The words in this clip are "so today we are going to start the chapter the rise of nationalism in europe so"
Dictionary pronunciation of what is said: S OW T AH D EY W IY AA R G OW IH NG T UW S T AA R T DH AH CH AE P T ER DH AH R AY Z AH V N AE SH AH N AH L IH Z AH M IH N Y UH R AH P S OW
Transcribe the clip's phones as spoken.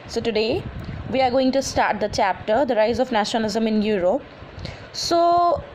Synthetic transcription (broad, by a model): S OW T AH D EY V IY AA R G OW IH NG T UW S T AA R T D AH CH AE P T ER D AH R AY Z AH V N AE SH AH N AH L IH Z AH M IH N Y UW R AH P S OW